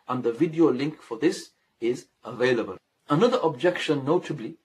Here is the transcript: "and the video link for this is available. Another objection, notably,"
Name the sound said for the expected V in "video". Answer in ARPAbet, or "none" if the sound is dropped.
V